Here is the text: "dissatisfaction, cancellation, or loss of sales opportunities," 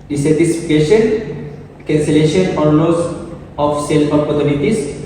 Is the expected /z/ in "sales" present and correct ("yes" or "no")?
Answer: no